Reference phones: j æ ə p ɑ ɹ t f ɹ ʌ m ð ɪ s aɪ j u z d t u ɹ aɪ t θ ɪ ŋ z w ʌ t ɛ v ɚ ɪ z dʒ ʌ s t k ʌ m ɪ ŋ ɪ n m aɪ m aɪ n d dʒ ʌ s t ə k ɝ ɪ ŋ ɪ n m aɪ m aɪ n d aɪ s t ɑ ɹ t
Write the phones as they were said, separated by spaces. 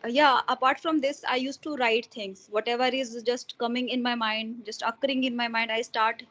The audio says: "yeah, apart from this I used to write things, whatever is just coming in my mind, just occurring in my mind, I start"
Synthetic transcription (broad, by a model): j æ ə p ɑ ɹ t f ɹ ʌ m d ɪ s aɪ j u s t u ɹ aɪ t t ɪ ŋ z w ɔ t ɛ v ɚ ɪ z dʒ ʌ s t k ʌ m ɪ ŋ ɪ n m aɪ m aɪ n d dʒ ʌ s t ə k ɝ ɪ ŋ ɪ n m aɪ m aɪ n d aɪ s t ɑ ɹ t